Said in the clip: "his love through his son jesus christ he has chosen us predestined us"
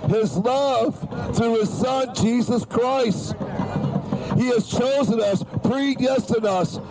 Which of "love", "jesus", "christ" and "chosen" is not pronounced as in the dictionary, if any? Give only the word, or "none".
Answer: none